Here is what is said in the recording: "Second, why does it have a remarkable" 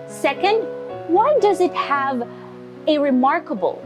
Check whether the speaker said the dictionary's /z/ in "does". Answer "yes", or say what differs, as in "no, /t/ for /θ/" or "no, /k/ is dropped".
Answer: yes